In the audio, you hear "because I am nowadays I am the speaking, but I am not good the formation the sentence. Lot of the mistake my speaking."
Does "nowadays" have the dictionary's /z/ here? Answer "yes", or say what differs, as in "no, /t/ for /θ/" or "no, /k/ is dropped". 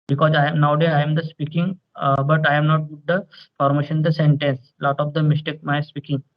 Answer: no, /z/ is dropped